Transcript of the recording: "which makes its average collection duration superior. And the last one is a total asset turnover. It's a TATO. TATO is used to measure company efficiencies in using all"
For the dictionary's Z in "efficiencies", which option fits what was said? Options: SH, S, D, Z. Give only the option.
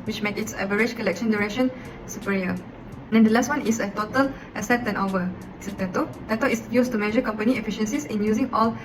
S